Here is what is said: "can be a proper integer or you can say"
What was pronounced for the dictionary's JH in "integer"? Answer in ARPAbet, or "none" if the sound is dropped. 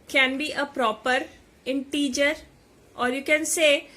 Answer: JH